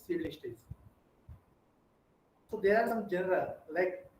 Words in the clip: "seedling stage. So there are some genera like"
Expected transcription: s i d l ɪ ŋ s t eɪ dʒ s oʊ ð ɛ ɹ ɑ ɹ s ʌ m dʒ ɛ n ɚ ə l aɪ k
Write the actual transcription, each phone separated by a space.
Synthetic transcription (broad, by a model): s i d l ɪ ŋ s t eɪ z s oʊ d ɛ ɹ ɑ ɹ s ʌ m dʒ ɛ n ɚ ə l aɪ k